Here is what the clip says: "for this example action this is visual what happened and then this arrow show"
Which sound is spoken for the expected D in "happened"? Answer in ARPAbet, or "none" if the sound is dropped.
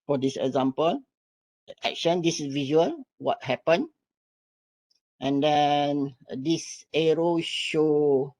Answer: none